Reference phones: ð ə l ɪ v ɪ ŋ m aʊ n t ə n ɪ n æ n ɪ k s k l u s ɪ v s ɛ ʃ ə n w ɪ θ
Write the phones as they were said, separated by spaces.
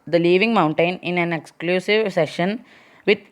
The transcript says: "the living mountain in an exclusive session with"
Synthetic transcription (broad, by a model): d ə l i v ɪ ŋ m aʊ n t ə n ɪ n æ n ɪ k s k l u s ɪ v s ɛ ʃ ə n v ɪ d